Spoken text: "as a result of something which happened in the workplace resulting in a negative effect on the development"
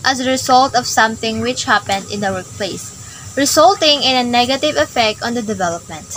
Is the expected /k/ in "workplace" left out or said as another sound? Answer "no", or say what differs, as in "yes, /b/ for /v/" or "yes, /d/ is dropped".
no